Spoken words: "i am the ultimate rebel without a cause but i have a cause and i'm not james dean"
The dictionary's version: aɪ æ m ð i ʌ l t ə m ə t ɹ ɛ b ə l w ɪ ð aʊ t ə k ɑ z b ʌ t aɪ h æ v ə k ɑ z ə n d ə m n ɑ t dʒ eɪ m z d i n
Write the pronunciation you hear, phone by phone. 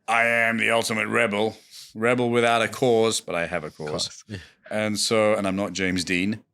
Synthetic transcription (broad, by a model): aɪ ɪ m ð i ʌ l t ə m ə t ɹ ɛ b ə l w ɪ ð aʊ t ə k ɑ z b ʌ t aɪ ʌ v ə k ɑ z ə n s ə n n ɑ t dʒ eɪ m z d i n